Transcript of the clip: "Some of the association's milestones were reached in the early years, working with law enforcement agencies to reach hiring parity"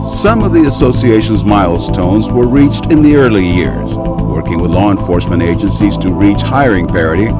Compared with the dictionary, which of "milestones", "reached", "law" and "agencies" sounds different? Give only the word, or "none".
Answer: none